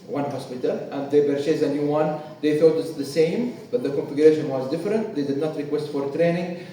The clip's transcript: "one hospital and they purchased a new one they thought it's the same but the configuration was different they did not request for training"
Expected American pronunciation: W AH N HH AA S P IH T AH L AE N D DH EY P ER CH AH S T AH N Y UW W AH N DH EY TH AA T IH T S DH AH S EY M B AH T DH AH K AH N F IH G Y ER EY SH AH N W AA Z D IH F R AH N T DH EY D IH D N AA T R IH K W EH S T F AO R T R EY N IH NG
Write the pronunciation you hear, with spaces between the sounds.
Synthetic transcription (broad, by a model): W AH N HH AA S P IH T AH L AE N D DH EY B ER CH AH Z AH N Y UW W AH N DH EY TH AA T IH T S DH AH S EY M B AH T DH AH K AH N F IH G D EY SH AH N W AA Z D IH F R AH N T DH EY D IH D N AA T R IH K W EH S T F AO R T R EY N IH NG